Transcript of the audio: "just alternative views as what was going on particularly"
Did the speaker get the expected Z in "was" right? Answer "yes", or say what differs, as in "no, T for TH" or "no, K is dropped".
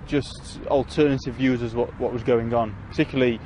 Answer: yes